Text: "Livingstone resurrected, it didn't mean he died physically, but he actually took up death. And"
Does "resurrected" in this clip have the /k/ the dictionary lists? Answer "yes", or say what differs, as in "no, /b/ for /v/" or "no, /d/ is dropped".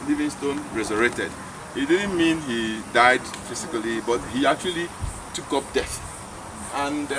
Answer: no, /k/ is dropped